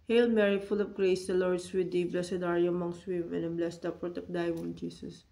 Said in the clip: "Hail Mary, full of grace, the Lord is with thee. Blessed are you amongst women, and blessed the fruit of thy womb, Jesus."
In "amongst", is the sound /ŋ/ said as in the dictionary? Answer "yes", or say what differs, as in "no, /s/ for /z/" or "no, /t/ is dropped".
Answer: yes